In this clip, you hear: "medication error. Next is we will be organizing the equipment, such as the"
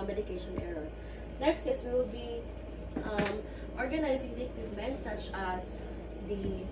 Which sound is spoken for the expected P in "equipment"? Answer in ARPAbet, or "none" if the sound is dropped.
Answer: none